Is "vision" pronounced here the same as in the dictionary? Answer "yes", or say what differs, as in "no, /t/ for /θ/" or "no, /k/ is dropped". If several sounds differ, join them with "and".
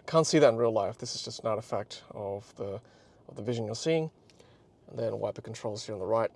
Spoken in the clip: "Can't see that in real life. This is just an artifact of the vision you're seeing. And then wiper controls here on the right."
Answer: yes